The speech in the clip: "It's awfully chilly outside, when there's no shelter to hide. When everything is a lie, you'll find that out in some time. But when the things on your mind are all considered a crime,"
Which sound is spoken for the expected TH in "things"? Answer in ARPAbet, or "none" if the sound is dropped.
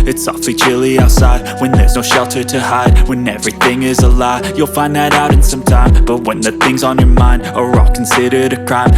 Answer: TH